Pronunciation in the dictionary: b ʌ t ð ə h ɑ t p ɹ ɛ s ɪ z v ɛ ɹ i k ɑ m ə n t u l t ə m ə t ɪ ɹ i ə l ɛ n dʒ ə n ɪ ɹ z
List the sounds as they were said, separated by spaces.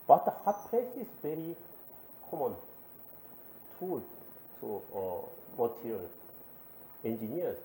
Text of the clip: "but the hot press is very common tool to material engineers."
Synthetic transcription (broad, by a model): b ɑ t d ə h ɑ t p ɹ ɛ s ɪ s v ɛ ɹ i k ɑ m ə n t u l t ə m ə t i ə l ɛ n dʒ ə n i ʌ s